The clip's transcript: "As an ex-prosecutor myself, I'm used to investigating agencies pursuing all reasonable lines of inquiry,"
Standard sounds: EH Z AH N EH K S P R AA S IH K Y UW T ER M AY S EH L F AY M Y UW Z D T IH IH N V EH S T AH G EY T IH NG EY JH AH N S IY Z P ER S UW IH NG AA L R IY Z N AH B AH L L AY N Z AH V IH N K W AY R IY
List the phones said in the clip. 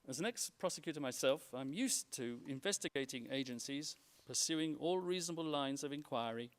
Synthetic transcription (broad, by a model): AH Z AH N EH K S P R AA S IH K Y UW T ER M AY S EH L F AY M Y UW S T IH IH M V EH S T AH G EY T IH NG EY JH AH N S IY Z P ER S UW IH NG AA L R IY Z N AH B AH L L AY N Z AH V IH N K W AY R IY